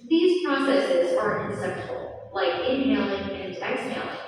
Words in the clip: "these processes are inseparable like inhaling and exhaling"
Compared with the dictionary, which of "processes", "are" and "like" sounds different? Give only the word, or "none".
none